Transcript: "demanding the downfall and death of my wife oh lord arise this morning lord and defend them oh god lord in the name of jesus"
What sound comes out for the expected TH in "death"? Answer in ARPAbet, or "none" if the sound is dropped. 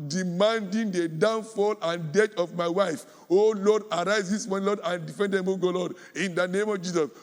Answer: T